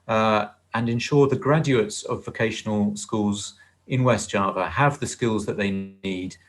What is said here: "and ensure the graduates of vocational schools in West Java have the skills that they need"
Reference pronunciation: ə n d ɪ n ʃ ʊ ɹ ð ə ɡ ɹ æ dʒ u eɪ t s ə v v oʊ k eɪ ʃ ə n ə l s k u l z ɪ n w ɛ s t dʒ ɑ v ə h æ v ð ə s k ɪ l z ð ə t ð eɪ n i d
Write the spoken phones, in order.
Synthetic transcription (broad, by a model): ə n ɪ n ʃ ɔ ð ə ɡ ɹ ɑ dʒ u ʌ t s ə v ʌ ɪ k eɪ ʃ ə n ə l s k u l z ɪ n w ɛ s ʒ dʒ ɑ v ə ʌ v ð ə s k ɪ l z ð ə t ð eɪ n i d